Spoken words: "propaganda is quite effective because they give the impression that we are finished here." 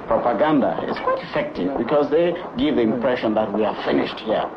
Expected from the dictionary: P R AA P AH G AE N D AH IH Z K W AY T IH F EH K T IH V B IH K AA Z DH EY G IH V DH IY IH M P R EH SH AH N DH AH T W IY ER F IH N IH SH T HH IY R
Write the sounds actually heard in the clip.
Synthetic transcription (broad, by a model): P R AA P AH G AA N D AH IH Z K W AY T IH F EH K T IH V B IH K AA Z DH EY G IH V DH IY IH M P R EH SH AH N DH AH T W IY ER F IH N IH SH T HH IY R